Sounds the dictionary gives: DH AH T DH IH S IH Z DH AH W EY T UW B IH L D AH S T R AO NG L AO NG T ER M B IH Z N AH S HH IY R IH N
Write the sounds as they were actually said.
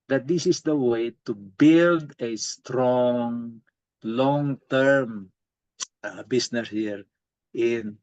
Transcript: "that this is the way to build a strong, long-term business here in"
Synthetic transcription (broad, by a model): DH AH T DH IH S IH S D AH W EY T UW B IH L D AH S T R AO NG L AO NG T ER M B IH S N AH S HH IY R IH N